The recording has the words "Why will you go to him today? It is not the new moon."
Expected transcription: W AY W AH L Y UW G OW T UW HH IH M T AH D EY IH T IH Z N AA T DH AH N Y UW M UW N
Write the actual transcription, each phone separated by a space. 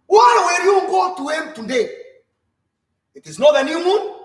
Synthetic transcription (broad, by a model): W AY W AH N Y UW G OW T UW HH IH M T AH D EY IH T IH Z N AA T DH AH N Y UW M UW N